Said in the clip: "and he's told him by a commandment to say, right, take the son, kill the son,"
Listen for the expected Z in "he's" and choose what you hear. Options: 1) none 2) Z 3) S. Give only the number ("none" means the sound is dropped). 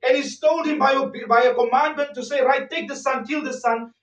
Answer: 3